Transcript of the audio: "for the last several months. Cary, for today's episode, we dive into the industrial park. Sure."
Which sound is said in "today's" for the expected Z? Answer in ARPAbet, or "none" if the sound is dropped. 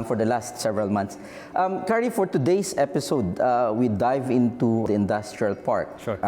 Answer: S